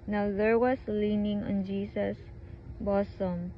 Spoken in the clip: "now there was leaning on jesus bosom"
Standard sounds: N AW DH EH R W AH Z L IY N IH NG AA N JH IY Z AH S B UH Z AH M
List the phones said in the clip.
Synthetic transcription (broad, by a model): N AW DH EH R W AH S L IY N IH NG AA N JH IY S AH S B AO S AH M